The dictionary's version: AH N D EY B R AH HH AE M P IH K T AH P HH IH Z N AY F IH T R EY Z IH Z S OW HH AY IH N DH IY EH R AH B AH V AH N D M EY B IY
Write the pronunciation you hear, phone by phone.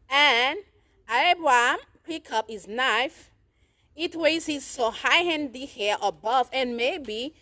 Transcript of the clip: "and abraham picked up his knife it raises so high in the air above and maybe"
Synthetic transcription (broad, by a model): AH N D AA B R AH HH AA M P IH K AH P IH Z N AY F IH T W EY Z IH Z S OW HH AY IH N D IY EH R AH B AH V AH N M EY B IY